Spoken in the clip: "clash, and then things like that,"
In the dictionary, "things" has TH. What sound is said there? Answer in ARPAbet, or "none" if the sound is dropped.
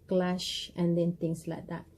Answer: T